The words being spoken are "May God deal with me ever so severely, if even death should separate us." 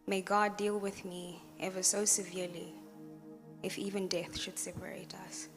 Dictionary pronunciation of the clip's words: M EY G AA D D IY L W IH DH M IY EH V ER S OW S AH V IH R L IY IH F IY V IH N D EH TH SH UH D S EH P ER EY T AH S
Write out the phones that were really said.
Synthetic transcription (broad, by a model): M EY G AA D D IY L W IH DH M IY EH V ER S OW S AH V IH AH L IY IH F IY V IH N D EH TH SH UH D S EH P ER EY T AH S